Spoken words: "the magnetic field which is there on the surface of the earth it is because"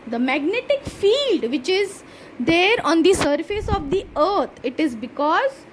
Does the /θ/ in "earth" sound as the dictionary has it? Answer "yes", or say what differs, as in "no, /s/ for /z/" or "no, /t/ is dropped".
no, /t/ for /θ/